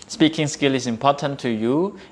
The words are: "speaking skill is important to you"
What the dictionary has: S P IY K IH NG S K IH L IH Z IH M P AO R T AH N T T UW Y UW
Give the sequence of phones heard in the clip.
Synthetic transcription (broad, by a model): S P IY K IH NG S K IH L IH S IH M P AO T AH N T T UW Y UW